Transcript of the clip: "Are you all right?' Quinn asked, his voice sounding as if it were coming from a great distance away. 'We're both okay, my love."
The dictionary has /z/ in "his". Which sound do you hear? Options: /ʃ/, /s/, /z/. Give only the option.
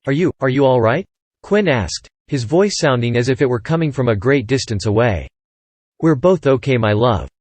/z/